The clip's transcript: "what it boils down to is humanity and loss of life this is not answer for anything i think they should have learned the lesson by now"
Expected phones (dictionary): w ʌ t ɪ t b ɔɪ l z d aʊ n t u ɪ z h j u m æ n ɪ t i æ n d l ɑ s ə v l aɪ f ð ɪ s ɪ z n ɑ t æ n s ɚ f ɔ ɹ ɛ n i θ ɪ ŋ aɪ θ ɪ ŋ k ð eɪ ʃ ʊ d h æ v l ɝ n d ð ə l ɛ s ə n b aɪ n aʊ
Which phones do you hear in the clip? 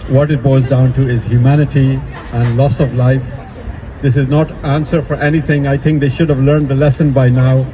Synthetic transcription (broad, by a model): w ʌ t ɪ t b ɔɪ z d aʊ n t u ɪ z h j u m æ n ɪ t i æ n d l ɑ s ə v l aɪ f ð ɪ s ɪ z n ɑ t æ n s ɚ f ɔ ɹ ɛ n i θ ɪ ŋ aɪ t ɪ ŋ k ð eɪ ʃ ʊ d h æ v l ɝ n d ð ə l ɛ s ə n b aɪ n aʊ